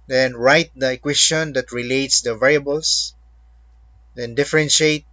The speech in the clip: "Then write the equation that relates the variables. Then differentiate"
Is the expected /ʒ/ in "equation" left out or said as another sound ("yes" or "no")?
yes